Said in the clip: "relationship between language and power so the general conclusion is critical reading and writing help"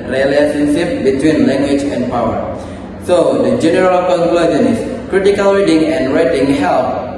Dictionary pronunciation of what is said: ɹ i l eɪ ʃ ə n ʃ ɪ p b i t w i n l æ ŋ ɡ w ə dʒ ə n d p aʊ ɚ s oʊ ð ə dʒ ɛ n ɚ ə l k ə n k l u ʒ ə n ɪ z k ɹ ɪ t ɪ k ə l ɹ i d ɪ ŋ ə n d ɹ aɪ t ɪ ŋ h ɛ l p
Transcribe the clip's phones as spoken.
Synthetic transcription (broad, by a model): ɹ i l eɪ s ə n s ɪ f b i t w i n l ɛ ŋ ɡ w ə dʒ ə n p aʊ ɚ s oʊ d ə dʒ ɛ n ɚ ə l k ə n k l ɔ z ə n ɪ s k ɹ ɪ t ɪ k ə l ɹ i d ɪ ŋ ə n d ɹ aɪ t ɪ ŋ h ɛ l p